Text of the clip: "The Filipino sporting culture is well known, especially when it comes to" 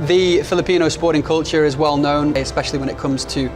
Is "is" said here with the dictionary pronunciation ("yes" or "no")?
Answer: yes